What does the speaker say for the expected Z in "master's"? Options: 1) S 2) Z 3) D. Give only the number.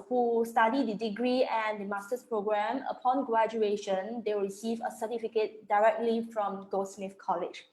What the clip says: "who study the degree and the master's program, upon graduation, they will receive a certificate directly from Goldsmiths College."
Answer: 1